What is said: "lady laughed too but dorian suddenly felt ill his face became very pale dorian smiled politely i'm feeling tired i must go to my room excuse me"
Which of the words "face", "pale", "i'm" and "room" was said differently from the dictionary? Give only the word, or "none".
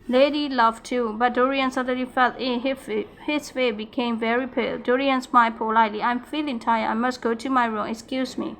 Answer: face